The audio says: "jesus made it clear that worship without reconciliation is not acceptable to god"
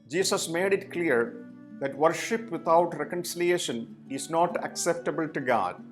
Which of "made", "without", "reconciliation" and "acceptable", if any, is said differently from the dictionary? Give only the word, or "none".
without